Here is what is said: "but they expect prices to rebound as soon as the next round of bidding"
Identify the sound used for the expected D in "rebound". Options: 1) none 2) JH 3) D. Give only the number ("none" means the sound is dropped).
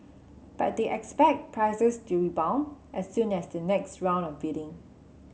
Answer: 1